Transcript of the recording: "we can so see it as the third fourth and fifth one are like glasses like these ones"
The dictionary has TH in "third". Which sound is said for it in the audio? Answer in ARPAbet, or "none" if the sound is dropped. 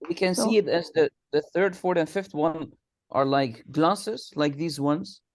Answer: TH